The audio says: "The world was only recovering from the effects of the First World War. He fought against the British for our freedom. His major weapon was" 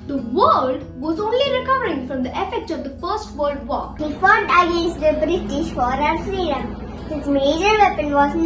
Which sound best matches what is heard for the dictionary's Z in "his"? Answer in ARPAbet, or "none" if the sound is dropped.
S